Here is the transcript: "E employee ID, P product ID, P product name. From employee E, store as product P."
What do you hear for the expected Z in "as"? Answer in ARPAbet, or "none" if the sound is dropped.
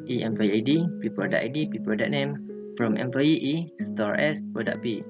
S